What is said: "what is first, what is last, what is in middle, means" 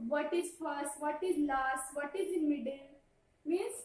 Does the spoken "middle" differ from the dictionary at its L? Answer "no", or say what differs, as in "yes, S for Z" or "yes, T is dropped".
yes, N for L